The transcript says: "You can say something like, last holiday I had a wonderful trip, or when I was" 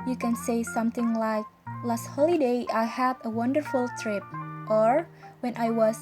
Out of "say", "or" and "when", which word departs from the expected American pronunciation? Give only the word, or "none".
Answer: none